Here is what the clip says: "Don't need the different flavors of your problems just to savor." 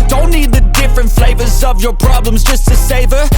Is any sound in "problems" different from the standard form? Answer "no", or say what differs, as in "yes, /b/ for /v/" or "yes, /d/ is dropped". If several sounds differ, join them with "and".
no